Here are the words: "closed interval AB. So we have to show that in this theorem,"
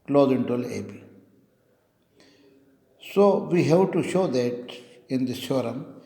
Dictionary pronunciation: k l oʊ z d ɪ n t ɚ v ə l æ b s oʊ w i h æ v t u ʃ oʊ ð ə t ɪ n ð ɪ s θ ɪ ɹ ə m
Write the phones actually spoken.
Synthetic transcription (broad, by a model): k l oʊ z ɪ n t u ə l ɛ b s oʊ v i h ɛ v t u ʃ oʊ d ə t ɪ n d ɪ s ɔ ɹ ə m